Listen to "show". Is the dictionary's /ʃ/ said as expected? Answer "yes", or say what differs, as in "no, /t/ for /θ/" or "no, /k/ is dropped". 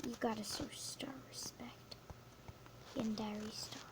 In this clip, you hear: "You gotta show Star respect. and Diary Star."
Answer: no, /s/ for /ʃ/